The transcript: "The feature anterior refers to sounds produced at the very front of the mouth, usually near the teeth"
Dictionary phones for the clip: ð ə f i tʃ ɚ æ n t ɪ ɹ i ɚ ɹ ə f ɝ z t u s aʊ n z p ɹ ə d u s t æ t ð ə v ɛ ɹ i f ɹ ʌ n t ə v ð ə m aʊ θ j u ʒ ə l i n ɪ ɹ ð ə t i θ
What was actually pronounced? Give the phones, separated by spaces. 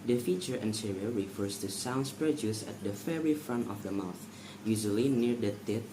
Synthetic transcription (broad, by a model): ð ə f i tʃ ɚ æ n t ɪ ɹ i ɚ ɹ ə f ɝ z t u s aʊ n s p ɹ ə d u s æ t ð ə f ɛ ɹ i f ɹ ʌ n t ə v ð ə m aʊ θ j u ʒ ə l i n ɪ ɹ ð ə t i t